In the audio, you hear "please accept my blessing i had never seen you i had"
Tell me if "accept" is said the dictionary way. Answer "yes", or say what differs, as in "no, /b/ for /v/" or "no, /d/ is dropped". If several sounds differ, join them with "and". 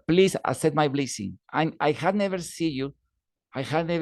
no, /k/ is dropped and /p/ is dropped